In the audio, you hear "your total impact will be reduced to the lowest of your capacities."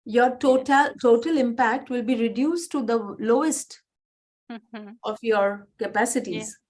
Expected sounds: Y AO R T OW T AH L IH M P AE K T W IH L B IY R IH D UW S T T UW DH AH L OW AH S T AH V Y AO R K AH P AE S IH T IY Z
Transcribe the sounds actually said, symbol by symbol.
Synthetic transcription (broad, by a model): Y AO R T OW T AH L IH M P AE K T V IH L B IY R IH D UW S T T UW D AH L OW AH S T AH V Y AO R K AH P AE S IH T IY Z